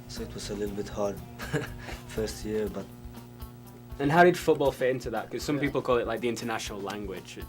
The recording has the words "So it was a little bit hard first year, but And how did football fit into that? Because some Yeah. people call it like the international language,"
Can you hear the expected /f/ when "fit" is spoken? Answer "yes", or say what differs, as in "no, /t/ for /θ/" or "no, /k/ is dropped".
yes